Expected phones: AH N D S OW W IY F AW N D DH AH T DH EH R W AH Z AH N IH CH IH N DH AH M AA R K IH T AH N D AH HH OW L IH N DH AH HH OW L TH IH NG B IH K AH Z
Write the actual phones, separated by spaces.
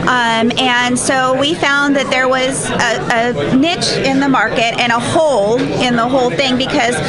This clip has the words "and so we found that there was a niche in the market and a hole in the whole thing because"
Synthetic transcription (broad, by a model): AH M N S OW W IY F AW N DH AH T DH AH R W AH Z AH N IH CH IH N DH AH M AA R K IH T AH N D AH HH OW L IH N DH AH HH OW L TH IH NG B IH K AH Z